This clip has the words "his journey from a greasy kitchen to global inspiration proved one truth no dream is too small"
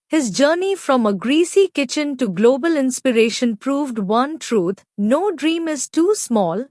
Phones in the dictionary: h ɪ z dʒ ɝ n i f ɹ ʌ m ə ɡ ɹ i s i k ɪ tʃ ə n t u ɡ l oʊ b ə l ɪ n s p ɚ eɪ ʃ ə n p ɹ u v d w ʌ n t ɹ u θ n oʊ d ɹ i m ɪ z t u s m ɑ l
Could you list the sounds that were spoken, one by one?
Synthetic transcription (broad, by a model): h ɪ z dʒ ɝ n i f ɹ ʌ m ə ɡ ɹ i s i k ɪ tʃ ə n t u ɡ l oʊ b ə l ɪ n s p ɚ eɪ ʃ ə n p ɹ u v d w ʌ n t ɹ u t n oʊ d ɹ i m ɪ z t u s m ɑ l